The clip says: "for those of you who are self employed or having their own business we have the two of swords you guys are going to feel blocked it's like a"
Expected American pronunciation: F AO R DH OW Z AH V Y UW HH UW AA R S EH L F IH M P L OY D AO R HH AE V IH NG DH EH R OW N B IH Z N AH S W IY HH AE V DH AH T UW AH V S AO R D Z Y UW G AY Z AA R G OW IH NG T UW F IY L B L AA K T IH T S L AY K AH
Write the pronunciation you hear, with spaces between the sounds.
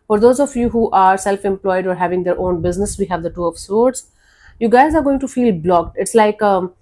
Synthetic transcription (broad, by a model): F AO R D OW Z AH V Y UW HH UW AA R S EH L F IH M P L OY D AO R HH AE V IH NG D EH R OW N B IH Z N AH S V IY HH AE V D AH T UW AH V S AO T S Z Y UW G AY Z AA R G OW IH NG T UW F IY L B L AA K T IH T S L AY K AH